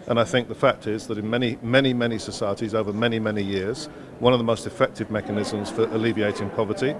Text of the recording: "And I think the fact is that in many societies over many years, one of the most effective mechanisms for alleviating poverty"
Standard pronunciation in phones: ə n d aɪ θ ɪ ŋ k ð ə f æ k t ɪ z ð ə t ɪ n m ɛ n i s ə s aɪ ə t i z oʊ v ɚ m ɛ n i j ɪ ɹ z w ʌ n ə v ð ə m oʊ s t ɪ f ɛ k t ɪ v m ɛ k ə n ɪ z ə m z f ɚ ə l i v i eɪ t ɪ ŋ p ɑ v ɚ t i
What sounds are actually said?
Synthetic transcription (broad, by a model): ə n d aɪ θ ɪ ŋ k ð ə f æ k t ɪ z ð ə t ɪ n m ɛ n i s ə s aɪ ə t i z oʊ v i m ɛ n i j ɪ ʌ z w ʌ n ə v ð ə m oʊ s t ɪ f ɛ k t ɪ v m ɛ k ə n ɪ z ə m z f ɚ ə l i v i eɪ t ɪ ŋ p ɑ v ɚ t i